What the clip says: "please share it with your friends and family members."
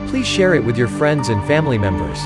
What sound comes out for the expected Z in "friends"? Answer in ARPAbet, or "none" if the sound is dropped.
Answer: Z